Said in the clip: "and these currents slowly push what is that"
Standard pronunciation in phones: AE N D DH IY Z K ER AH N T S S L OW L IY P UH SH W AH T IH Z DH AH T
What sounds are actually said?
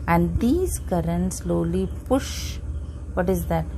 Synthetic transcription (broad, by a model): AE N D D IY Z K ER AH N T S S L OW L IY P UH SH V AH T IH Z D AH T